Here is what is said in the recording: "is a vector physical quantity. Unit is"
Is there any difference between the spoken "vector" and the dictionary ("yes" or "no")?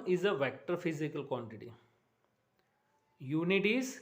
no